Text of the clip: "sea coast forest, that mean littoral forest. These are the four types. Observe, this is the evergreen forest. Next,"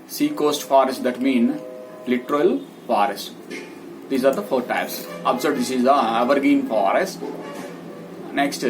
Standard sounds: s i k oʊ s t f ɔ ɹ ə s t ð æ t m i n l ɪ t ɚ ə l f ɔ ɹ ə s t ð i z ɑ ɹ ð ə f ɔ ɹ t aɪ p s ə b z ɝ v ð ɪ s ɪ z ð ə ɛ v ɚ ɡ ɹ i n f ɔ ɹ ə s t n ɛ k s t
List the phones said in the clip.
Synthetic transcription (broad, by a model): s i k oʊ s t f ɔ ɹ ə s t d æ t m i n l ɪ t ɚ ə l f ɔ ɹ ə s t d i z ɑ ɹ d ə f ɔ ɹ t aɪ p s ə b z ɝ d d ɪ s ɪ z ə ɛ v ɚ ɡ i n f ɔ ɹ ə s t n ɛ k s t